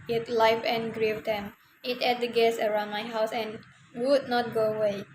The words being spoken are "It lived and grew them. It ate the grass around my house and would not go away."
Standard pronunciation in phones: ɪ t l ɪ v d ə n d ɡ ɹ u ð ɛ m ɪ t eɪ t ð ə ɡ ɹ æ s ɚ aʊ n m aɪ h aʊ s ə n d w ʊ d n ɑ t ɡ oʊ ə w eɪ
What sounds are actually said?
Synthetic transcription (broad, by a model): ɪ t l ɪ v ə n ɡ ɹ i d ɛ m ɪ t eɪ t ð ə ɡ ɛ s ɚ aʊ n m aɪ h aʊ s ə n w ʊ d n ɑ t ɡ oʊ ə w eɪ